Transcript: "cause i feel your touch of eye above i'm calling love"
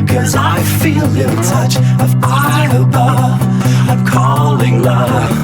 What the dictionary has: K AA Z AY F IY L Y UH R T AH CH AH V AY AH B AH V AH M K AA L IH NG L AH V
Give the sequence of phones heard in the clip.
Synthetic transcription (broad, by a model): K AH Z AY F IY L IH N T AH CH AH V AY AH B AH AH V K AA L IH NG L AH